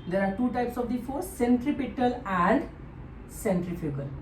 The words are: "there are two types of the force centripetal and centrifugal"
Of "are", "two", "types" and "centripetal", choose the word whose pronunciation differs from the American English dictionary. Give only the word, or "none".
none